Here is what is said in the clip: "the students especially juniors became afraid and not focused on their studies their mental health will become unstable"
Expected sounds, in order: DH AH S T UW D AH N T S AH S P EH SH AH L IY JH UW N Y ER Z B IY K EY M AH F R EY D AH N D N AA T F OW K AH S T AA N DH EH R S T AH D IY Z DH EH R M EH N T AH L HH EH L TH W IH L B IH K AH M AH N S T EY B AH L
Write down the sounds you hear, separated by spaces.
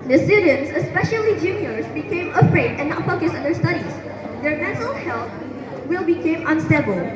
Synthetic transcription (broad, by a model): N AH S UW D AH N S AH S P EH SH AH L IY JH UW N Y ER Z B IY K EY M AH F R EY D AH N N AA T F OW K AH S AA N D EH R S T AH D IY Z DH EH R M EH N T AH L HH EH L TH W IH L B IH K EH M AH N S T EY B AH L